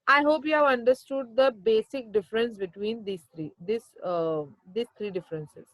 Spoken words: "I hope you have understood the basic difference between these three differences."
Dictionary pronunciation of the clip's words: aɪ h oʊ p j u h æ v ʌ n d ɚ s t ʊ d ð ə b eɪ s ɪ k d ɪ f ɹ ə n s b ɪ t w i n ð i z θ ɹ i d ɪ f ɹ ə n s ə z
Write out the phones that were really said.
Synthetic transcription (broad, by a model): aɪ h oʊ p j u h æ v ʌ n d ɚ s t ʊ d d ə b eɪ s ɪ k d ɪ f ɹ ə n s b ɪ t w i n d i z s ɹ i d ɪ f ɹ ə n s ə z